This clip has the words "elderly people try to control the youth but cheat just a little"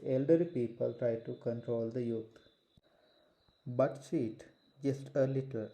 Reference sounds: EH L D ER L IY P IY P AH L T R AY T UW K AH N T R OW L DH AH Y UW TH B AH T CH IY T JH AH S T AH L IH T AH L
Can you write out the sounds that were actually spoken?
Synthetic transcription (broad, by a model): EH L D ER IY P IY P AH L T R AY T UW K AH N T R OW L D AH Y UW T B AH T S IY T JH AH S T AH L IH T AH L